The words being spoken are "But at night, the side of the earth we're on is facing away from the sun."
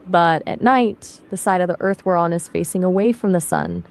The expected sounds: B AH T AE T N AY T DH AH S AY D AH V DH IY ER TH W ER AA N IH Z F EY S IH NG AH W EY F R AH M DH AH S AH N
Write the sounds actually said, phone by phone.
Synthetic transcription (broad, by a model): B AH T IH T N AY T DH AH S AY D AH V DH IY ER TH W ER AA N IH Z F EY S IH NG AH W EY F R AH M DH AH S AH N